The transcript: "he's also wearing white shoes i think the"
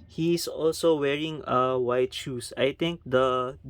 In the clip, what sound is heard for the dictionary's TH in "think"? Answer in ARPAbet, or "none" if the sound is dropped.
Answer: T